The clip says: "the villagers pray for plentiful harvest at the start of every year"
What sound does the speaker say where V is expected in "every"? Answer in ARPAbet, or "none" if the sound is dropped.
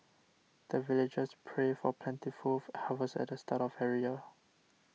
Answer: none